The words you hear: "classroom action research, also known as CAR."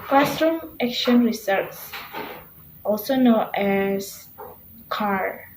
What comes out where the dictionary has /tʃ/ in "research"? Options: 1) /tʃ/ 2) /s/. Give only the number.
2